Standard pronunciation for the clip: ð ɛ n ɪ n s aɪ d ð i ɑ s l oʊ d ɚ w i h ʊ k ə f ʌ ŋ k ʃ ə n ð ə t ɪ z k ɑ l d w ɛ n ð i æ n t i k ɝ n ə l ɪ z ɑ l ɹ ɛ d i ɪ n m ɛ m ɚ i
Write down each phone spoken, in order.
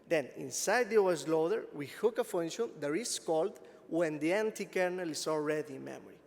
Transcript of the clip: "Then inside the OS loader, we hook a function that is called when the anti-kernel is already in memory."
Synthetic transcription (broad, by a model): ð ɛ n ɪ n s aɪ d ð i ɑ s l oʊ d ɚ w i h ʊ k ə f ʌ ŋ ʃ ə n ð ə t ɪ s k ɑ l d w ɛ n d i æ n t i k ɝ n ə l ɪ s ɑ l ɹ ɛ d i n m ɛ m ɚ i